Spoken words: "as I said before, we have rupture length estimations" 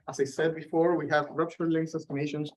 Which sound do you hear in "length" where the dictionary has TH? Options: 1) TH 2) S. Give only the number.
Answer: 2